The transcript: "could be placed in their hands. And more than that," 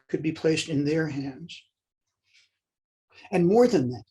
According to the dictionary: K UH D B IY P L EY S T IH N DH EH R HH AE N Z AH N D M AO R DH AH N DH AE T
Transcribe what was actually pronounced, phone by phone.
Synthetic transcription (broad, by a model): K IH D B IY P L EY S T IH N DH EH R HH AE N Z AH N M AO R DH AH N DH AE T